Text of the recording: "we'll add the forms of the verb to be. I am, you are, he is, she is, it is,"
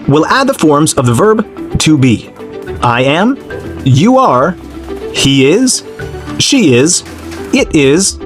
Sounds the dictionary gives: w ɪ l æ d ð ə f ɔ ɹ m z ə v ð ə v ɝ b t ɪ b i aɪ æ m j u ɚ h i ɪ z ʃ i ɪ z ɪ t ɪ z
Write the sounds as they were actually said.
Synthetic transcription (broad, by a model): w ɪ l æ d ð ə f ɔ ɹ m z ə v ð ə v ɝ b t ɪ b i aɪ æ m j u ɚ h i ɪ z ʃ i ɪ z ɪ t ɪ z